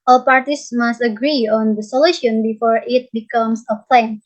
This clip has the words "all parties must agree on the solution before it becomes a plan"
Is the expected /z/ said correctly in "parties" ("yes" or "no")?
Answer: no